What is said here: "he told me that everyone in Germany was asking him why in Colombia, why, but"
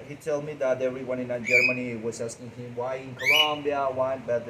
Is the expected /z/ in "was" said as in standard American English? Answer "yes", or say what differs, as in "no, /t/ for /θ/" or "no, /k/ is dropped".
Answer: no, /s/ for /z/